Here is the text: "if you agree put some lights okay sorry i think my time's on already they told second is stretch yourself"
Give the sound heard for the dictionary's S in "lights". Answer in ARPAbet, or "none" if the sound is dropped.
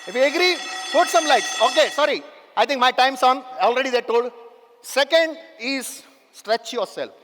none